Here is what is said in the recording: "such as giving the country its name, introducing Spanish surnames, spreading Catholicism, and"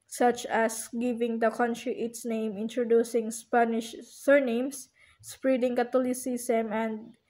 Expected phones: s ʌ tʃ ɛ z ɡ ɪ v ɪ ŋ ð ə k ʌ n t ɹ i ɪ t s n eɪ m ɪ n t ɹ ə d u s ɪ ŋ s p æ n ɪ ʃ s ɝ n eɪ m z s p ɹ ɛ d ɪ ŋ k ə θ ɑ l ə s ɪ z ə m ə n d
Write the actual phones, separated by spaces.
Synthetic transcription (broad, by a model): s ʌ tʃ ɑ s ɡ ɪ v ɪ ŋ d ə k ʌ n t ɹ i ɪ t s n eɪ m ɪ n t ɹ ə d u s ɪ ŋ s p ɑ n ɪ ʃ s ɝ n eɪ m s s p ɹ ɛ d ɪ ŋ k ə t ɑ l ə s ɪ s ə m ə n d